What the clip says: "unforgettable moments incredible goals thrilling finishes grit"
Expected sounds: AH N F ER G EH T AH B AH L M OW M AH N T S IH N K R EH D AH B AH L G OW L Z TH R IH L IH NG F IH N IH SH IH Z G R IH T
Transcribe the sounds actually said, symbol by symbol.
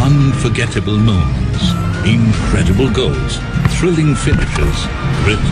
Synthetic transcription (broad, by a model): AH N F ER G EH T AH B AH L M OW AH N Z IH N K R EH D AH B AH L G OW L Z TH R IH L IH NG F IH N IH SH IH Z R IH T